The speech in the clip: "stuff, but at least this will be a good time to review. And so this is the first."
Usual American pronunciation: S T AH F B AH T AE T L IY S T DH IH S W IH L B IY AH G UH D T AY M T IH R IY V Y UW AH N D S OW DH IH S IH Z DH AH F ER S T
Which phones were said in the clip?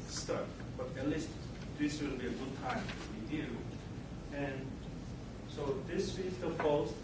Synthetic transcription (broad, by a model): S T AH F B AH T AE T L IY S T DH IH S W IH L B IY AH G UH D T AY M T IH W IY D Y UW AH N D S OW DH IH S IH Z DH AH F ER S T